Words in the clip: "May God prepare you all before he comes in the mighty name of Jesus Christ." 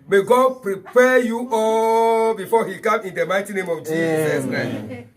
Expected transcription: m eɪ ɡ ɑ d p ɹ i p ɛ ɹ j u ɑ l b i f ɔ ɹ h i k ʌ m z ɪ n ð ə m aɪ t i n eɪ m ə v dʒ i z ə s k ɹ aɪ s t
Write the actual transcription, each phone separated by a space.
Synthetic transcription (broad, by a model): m eɪ ɡ ɑ d p ɹ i p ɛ j u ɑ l b i f ɔ h i k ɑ m ɪ n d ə m aɪ t i n eɪ m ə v dʒ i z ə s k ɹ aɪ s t